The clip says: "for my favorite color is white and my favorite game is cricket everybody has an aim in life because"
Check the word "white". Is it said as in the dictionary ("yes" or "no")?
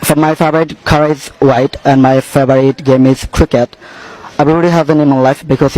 yes